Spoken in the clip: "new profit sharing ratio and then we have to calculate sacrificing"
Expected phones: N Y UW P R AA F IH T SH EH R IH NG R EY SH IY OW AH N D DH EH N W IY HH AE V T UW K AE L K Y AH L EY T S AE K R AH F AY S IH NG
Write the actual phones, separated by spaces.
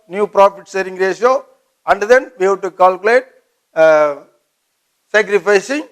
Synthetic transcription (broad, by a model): N Y UW P R AA F IH T S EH R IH NG R EY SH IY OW AH N D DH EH N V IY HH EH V T UW K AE L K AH L EY T S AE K R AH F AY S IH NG